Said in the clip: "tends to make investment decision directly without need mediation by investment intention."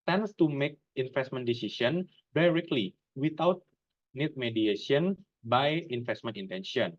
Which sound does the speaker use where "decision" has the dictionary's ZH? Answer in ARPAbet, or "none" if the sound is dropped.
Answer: S